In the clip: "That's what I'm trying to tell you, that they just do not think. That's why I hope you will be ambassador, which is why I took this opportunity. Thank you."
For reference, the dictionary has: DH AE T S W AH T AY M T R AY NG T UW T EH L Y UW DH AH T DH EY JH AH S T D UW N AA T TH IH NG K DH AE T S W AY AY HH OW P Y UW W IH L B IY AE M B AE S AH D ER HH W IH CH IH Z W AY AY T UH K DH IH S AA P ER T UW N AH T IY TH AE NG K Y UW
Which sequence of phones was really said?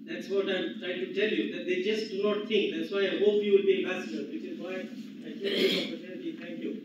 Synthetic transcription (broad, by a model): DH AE T S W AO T AY M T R AY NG T UW T EH L Y UW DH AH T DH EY JH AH S D UW N AA T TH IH NG K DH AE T S W AY AY HH OW P Y UW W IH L B IY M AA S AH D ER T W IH S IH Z W AY AY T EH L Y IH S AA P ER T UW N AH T IY T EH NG K Y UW